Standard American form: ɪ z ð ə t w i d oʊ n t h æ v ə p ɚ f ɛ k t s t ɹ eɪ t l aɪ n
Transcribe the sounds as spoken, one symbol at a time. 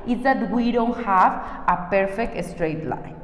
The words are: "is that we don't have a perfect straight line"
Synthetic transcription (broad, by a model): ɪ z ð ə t w i d oʊ n t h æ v ə p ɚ f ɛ k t s t ɹ eɪ t l aɪ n